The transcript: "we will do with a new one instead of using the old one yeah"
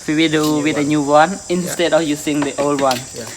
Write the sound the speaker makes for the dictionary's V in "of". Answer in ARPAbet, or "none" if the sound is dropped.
F